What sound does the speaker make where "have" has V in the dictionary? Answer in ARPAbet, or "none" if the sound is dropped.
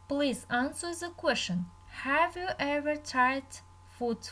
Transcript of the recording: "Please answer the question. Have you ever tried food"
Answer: V